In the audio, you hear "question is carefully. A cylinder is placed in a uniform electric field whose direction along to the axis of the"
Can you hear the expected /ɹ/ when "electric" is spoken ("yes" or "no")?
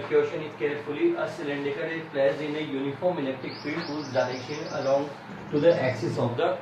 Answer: no